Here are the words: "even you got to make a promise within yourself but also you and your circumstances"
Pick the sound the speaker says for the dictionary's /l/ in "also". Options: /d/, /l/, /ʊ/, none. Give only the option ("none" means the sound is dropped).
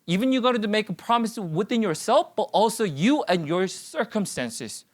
/l/